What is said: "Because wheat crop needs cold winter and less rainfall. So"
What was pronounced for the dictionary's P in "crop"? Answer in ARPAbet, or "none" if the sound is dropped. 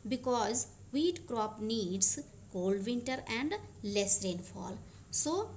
P